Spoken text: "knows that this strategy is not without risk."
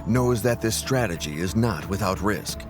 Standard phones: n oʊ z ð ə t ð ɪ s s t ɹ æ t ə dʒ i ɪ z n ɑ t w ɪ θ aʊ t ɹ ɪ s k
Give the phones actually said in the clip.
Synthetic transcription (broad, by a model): n oʊ z ð ə t ð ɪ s s t ɹ æ t ə dʒ i ɪ z n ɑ t w ɪ θ aʊ t ɹ ɪ s k